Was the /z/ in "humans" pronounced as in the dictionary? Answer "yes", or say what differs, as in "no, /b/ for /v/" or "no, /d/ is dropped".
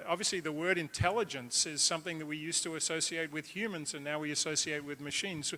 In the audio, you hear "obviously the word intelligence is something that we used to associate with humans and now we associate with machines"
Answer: yes